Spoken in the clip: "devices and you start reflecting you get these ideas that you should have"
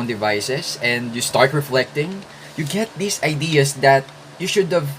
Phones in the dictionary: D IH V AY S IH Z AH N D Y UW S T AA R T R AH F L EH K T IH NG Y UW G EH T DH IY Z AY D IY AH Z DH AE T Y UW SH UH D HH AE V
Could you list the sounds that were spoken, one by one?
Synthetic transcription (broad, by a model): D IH V AY S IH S AH N D Y UW S T AA R T R AH F L EH K T IH NG Y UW G EH T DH IY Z AY D IY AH S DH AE T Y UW SH UH D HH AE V